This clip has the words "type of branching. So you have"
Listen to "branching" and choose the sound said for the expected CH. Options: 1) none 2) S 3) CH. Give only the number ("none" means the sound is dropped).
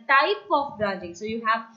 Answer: 1